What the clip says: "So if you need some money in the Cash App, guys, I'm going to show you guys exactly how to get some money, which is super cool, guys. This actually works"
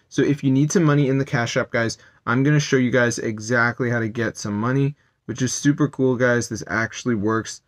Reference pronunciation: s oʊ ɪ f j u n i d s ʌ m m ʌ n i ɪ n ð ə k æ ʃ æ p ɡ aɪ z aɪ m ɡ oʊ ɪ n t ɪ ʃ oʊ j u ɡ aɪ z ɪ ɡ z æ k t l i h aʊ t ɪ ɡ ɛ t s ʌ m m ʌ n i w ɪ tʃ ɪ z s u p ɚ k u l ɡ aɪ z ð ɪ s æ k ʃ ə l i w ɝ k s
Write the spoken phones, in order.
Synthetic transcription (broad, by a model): s oʊ ɪ f j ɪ n i d s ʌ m m ʌ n i ɪ n ð ə k æ ʃ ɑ p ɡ aɪ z aɪ m ɡ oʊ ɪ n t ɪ ʃ oʊ j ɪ ɡ aɪ z ɪ ɡ z æ k t l i h aʊ t ɪ ɡ ɛ t s ʌ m m ʌ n i w ɪ tʃ ɪ z s u p ɚ k u l ɡ aɪ z ð ɪ s æ k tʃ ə l i w ɝ k s